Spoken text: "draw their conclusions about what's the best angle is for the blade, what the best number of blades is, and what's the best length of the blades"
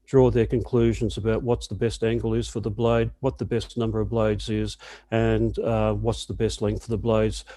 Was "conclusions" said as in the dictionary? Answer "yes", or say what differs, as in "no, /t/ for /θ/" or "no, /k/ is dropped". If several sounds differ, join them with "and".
yes